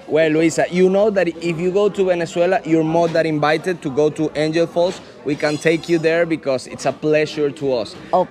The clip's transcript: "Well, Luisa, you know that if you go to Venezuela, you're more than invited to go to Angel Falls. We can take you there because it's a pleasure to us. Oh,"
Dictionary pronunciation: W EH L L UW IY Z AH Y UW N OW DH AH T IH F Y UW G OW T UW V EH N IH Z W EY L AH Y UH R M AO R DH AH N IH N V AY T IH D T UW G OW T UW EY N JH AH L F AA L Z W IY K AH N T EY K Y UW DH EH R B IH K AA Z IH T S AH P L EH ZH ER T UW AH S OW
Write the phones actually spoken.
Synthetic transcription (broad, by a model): W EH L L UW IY S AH Y UW N OW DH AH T IH F Y UW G OW T UW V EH N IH S W EY L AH Y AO R M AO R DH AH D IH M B AY T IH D T UW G OW T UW EY N JH AH L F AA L S W IY K AH N T EY K Y UW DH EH R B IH K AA S IH T S AH P L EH SH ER T UW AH S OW